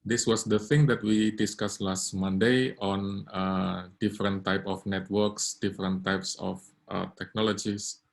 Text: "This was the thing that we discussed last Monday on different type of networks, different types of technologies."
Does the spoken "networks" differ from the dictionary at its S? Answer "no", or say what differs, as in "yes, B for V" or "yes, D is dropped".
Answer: no